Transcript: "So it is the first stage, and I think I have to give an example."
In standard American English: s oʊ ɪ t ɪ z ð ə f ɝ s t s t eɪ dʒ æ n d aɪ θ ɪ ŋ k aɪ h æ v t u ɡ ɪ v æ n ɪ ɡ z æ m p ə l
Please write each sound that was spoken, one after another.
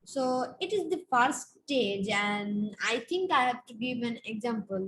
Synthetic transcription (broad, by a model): s oʊ ɪ t ɪ z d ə f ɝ t s t eɪ dʒ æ n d aɪ t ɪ ŋ k aɪ h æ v t u ɡ ɪ v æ n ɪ ɡ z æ m p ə l